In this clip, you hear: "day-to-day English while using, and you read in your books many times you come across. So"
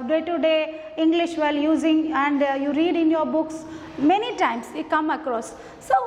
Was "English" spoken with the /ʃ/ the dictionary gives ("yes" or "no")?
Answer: yes